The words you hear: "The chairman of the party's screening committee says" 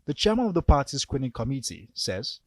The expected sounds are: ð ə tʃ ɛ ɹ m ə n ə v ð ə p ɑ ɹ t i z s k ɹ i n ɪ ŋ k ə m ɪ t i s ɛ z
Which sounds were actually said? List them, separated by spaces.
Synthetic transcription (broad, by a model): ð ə tʃ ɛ m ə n ə v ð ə p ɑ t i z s k w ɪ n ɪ k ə m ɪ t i s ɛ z